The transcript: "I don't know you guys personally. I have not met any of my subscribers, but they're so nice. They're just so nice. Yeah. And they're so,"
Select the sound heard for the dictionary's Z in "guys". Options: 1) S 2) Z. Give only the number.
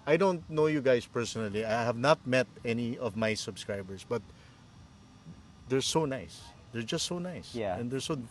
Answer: 1